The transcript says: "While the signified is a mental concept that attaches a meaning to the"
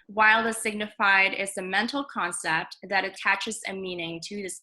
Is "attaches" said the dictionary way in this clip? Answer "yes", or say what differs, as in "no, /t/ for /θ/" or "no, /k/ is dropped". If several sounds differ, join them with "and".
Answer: yes